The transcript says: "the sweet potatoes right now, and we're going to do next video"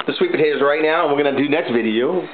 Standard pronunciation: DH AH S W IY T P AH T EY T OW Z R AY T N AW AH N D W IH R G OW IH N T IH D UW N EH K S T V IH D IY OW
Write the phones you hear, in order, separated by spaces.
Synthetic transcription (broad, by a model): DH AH S W IY T B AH T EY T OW Z R AY T N AW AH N W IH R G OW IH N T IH D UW N EH K S T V IH D IY OW